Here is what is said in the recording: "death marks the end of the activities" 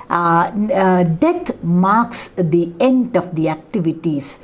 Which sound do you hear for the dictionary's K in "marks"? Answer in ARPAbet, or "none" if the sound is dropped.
K